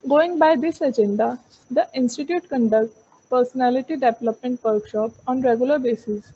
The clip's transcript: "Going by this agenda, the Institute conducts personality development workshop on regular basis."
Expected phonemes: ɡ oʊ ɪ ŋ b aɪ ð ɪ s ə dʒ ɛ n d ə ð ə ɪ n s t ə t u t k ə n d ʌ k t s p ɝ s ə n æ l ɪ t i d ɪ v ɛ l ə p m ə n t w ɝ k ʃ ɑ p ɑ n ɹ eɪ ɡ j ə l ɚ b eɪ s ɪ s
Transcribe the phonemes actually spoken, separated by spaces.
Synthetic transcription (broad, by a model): ɡ oʊ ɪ ŋ b aɪ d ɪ s ə dʒ ɛ n d ə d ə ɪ n s t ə t u t k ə n d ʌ k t p ɝ s ə n æ l ɪ t i d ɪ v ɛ l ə p m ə n t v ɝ k ʃ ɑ p ɑ n ɹ eɪ ɡ j ə l ɚ b eɪ s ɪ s